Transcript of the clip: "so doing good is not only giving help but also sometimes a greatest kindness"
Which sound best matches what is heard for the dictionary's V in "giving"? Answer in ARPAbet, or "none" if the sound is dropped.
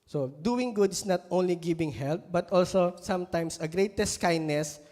B